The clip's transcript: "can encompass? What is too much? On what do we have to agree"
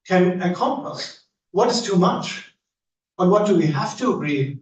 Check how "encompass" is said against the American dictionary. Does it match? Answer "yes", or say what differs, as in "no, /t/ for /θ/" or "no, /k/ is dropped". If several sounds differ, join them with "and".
no, /n/ is dropped